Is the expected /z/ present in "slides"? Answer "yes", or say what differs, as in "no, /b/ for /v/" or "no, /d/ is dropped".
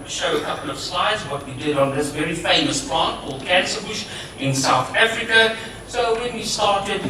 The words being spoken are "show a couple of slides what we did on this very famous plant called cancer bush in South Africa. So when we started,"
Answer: yes